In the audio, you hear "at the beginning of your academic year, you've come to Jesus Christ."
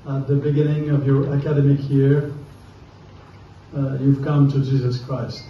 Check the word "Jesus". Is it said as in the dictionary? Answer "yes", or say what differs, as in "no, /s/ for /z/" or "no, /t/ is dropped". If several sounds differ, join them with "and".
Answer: yes